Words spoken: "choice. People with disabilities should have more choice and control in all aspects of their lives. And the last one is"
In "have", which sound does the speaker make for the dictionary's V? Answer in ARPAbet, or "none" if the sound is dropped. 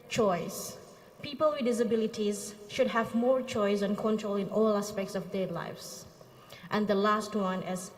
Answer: V